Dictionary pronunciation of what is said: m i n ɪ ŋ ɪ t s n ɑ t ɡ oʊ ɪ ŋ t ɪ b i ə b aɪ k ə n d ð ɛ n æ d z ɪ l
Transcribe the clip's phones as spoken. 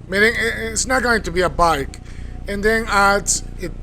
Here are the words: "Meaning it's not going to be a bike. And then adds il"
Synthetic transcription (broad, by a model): m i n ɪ ŋ ɪ t s n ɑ t ɡ oʊ ɪ ŋ t ɪ b i ə b aɪ k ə n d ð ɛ n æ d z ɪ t